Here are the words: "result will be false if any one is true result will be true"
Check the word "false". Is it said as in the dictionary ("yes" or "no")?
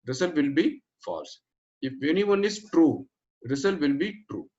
yes